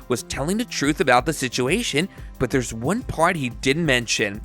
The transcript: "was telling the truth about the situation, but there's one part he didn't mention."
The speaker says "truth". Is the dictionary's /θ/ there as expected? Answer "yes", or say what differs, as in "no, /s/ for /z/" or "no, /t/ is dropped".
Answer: yes